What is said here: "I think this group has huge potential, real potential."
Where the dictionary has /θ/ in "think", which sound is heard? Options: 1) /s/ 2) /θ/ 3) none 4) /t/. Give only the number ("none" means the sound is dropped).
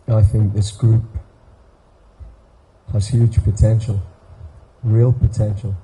2